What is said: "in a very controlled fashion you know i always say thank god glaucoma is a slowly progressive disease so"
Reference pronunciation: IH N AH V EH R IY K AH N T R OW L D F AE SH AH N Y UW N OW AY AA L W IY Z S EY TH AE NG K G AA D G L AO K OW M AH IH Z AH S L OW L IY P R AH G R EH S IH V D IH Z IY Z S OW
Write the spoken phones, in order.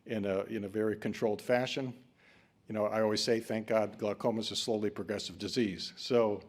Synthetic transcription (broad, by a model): IH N AH V EH R IY K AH N T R OW L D F AE SH AH N Y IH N OW AY AA L W IY Z S EY TH AE NG K G AA D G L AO K OW M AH IH Z S L OW L IY P R AH G R EH S IH V D IH Z IY Z S OW